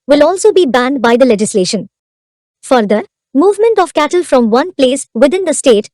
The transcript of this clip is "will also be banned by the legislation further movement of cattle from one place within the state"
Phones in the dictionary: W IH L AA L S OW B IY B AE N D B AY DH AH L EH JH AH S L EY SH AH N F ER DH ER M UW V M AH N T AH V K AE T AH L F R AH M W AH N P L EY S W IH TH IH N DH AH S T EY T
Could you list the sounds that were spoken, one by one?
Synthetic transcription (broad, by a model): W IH L AA L S OW B IY B AE N D B AY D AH L EH JH AH S L EY SH AH N F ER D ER M UW V M AH N T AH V K AE T AH L F R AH M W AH N P L EY S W IH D IH N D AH S T EY T